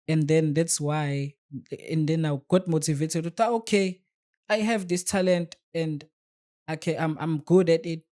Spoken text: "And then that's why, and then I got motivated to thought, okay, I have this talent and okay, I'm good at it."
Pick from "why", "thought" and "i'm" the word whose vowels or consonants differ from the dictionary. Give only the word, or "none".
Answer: thought